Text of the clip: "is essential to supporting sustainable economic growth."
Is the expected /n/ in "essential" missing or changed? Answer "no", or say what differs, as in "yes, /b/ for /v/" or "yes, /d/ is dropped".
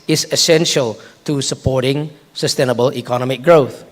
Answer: no